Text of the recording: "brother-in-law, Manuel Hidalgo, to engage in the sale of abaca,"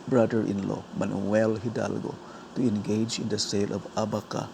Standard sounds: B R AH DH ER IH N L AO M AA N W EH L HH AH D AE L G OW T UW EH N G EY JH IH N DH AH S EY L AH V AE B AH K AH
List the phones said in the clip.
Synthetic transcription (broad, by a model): B R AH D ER IH N L AO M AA N W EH L HH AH D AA L G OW T UW EH N G EY JH IH N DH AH S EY L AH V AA B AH K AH